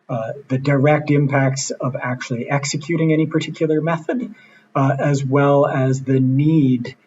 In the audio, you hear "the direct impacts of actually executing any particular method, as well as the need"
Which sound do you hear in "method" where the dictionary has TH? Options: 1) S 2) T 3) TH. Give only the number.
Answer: 3